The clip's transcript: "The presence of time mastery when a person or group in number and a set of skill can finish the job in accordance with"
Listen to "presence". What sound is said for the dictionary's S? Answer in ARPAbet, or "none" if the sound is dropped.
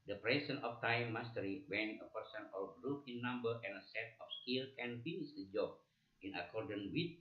none